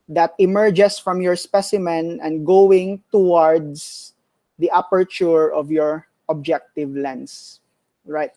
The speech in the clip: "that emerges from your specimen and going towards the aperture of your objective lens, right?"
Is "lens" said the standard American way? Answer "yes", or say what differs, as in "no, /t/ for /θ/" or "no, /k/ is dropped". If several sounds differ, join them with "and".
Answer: no, /s/ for /z/